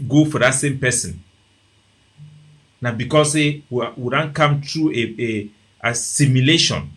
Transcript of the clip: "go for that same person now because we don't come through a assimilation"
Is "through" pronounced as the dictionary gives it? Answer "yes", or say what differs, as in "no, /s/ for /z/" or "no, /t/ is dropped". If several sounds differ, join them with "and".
no, /t/ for /θ/